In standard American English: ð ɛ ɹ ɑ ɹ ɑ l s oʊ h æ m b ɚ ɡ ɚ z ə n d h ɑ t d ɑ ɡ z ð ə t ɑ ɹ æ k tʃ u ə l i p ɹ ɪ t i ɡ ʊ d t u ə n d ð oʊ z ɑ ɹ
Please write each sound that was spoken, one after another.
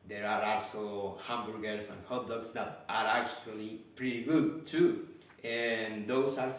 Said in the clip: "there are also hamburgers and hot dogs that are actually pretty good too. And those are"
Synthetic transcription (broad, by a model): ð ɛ ɹ ɑ ɹ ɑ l s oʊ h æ m b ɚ ɡ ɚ s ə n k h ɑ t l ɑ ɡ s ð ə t ɑ ɹ æ k tʃ u ə l i p ɹ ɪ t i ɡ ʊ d t u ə n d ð oʊ s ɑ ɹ